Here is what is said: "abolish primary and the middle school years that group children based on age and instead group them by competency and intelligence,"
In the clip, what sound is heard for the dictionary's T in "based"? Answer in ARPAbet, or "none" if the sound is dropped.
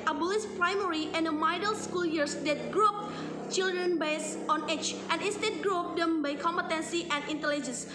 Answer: none